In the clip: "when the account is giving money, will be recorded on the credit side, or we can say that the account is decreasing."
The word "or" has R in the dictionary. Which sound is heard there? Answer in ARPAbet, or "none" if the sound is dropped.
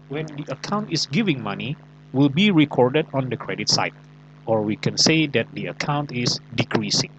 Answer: R